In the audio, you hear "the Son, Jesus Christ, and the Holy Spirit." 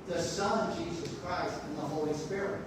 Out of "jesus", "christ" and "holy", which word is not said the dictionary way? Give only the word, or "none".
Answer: none